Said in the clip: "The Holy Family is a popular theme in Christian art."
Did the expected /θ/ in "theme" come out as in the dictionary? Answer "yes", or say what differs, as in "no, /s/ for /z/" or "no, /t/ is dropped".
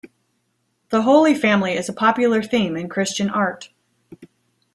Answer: yes